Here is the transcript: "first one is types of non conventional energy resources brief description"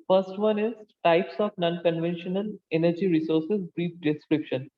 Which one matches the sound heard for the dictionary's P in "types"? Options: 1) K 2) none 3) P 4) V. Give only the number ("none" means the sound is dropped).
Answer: 3